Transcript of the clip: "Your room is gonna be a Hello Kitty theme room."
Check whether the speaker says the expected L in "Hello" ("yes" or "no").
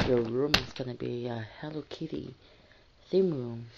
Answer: yes